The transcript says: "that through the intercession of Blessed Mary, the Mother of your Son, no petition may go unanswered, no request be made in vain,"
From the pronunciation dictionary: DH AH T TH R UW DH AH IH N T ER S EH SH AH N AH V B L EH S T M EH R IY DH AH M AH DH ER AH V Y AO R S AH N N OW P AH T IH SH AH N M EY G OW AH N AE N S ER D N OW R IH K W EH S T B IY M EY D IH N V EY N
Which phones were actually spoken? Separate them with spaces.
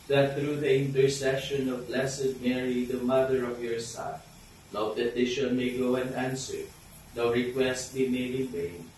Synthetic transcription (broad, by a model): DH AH T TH R UW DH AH IH N T ER S EH SH AH N AH V B L EH S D M EH R IY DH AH M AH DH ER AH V Y AO R S AH N L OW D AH T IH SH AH L M EY G OW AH N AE N S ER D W R IH K W EH S T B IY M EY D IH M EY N